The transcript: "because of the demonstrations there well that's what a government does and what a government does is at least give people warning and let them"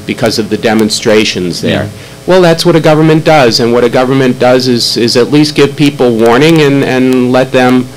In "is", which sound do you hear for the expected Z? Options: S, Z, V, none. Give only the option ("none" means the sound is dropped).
Z